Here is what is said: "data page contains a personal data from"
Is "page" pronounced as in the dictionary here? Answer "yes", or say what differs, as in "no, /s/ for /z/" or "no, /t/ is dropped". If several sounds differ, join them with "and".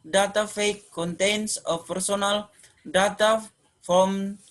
no, /f/ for /p/